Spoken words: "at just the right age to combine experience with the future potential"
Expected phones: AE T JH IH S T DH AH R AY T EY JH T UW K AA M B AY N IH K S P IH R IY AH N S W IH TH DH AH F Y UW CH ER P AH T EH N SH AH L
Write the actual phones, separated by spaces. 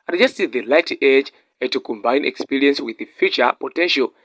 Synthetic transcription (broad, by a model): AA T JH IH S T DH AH L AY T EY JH T UW K AA M B AY N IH K S P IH R IY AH N S W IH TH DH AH F Y UW CH ER P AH T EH N SH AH L